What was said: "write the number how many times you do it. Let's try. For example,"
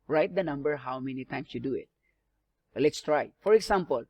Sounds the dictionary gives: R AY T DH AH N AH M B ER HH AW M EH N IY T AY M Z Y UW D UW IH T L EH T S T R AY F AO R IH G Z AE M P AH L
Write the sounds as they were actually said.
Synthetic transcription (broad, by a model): R AY T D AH N AH M B ER HH AW M EH N IY T AY M S Y UW D UW IH T L EH T S T R AY F AO R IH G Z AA M P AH L